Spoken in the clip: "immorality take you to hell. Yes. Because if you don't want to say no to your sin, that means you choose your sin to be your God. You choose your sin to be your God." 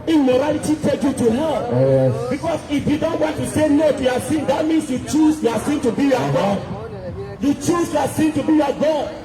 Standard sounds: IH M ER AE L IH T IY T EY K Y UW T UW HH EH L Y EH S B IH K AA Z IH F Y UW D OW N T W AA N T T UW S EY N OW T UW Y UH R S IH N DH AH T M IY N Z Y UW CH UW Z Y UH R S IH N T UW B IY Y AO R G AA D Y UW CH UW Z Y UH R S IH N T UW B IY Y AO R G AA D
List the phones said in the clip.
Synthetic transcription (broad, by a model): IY M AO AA L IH T IY T EY K Y UW T UW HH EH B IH K AA S IH F Y UW D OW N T W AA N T T UW S EY N OW T UW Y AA S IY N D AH T M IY N S Y UW CH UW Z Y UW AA S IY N T UW B IY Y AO G AA D Y UW CH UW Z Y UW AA S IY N T UW B IY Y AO G AA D